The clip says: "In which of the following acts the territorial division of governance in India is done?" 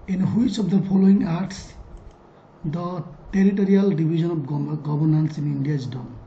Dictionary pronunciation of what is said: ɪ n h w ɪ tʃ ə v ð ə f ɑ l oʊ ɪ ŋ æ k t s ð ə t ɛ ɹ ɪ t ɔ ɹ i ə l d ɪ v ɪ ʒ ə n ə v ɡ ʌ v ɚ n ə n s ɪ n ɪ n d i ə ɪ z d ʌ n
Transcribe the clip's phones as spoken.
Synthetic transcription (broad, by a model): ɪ n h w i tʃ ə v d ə p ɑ l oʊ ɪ ŋ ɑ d t s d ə t ɛ ɹ ɪ t ɔ ɹ i ə l d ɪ b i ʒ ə n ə b ɡ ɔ b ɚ n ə n s ɪ n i n d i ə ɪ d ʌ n